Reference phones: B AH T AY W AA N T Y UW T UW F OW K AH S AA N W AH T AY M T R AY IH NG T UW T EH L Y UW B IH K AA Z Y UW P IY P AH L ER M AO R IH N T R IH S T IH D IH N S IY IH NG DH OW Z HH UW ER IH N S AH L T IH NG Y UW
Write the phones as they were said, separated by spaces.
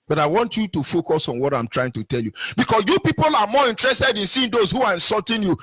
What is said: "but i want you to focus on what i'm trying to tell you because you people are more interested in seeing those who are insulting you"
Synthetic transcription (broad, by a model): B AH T AY W AA N T Y UW T UW F OW K AH S AA N W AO T AY M T R AY IH NG T UW T EH L Y UW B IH K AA S Y UW P IY P AH L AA M AO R IH N T R IH S T IH D IH N S IY IH NG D OW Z HH UW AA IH N S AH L T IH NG Y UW